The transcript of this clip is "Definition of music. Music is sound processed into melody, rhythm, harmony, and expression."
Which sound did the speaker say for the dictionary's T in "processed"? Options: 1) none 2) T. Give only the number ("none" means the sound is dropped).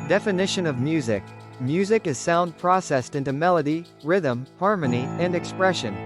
2